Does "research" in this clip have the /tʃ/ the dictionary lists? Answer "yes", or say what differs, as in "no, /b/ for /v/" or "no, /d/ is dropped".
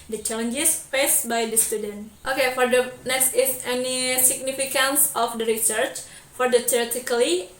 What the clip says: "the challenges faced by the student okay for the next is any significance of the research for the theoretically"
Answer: yes